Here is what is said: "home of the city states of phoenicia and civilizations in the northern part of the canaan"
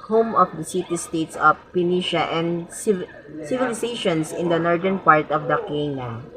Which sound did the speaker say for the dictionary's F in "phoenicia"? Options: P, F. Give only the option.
P